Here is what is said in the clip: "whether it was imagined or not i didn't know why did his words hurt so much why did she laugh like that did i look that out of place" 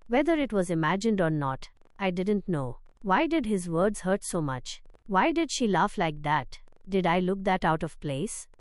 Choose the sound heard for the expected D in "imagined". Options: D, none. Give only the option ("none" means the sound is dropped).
D